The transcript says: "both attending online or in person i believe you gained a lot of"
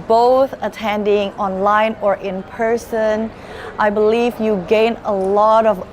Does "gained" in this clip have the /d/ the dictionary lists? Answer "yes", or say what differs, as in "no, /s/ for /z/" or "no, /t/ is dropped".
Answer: no, /d/ is dropped